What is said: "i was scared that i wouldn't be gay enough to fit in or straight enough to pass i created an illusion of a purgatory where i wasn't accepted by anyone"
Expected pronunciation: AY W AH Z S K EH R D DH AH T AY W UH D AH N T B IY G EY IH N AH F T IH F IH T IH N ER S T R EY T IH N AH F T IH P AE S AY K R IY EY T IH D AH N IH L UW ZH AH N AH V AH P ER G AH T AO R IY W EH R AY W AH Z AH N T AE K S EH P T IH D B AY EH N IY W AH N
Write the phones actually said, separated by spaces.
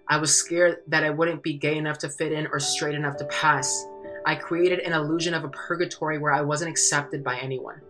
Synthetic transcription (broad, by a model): AY W AH Z S K EH R D DH AH T AY W UH D N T B IY G EY IH N AH F T IH F IH T IH N ER S T R EY T IH N AH F T IH P AE S AY K R IY EY T IH D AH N IH L UW ZH AH N AH V AH P ER G AH T AO R IY W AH R AY W AH Z AH N T AE K S EH P T IH D B AY EH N IY W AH N